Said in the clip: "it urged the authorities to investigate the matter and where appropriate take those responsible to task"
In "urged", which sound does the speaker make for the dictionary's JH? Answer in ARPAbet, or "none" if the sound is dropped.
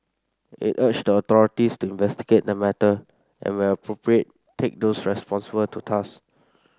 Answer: CH